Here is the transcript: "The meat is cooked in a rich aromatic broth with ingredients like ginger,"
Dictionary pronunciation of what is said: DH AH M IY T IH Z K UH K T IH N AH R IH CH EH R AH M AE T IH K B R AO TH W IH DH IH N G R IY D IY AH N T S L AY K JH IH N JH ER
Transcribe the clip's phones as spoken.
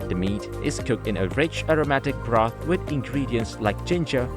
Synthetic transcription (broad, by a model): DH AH M IY T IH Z K UH K T IH N AH R IH CH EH R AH M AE T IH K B R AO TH W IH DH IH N G R IY D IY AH N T S L AY K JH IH N JH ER